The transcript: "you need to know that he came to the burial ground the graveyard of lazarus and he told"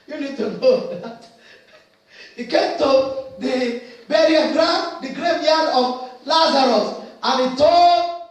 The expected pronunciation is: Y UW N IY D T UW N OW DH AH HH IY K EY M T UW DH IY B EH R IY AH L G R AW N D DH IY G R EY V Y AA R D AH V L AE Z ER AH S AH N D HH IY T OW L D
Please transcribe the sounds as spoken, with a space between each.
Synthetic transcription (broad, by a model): Y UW N IY D T UW N OW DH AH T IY K EY M T UW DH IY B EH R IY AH N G R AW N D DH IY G R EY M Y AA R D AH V L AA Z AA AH S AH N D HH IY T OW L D